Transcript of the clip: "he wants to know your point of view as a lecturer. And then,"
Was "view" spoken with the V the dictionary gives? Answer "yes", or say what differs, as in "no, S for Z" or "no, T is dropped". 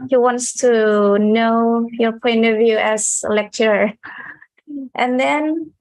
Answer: yes